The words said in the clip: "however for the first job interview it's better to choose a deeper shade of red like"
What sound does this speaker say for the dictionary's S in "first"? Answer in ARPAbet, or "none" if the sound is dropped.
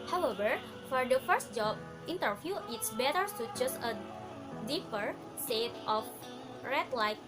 S